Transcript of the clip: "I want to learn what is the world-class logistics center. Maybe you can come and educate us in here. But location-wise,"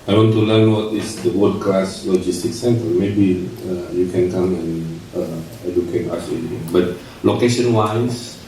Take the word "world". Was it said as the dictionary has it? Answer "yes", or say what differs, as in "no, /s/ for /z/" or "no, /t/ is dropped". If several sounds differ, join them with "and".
no, /l/ is dropped